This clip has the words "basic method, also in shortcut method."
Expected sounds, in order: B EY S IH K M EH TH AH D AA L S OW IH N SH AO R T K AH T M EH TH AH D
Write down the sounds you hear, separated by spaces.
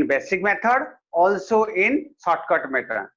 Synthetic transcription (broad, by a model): B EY S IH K M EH T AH D AA L S OW IH N S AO T K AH T M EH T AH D